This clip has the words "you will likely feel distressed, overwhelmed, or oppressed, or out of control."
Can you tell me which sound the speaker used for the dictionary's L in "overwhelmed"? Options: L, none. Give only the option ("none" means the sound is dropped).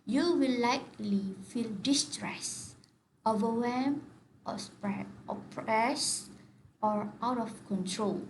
none